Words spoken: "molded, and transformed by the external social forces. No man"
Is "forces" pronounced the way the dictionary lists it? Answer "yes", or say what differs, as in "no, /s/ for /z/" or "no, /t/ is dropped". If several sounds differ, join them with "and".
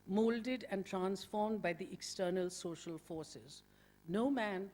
yes